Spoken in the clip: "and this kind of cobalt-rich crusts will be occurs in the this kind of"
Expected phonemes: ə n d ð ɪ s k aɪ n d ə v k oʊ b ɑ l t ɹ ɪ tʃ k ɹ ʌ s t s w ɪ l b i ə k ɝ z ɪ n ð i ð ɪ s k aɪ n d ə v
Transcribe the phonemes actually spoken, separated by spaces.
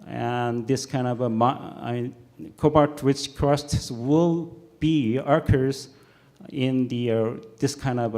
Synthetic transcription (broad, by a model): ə n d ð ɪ s k aɪ n d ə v k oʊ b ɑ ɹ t w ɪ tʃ k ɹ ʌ s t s w ɪ l b i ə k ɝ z ɪ n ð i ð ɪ s k aɪ n d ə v